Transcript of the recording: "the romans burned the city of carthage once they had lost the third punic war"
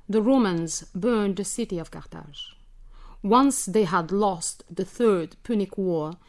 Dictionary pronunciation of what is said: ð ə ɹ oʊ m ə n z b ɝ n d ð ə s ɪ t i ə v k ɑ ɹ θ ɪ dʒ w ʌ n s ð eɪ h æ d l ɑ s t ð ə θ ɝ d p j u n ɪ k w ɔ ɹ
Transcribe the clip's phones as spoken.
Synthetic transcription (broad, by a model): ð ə ɹ oʊ m ə n z b ɝ n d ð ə s ɪ t i ə v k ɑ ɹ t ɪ ʒ w ʌ n s ð eɪ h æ d l ɑ s t ð ə θ ɝ d p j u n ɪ k w ɔ ɹ